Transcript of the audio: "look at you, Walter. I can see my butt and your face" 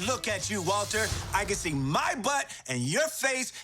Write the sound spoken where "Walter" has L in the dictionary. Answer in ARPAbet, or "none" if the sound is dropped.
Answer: L